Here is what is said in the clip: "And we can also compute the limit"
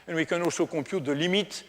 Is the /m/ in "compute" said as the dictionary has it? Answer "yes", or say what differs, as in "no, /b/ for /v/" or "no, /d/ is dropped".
no, /m/ is dropped